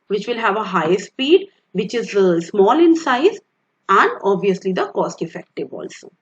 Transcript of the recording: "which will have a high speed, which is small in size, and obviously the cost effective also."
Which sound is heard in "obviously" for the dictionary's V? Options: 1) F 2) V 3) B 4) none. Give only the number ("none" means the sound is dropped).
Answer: 2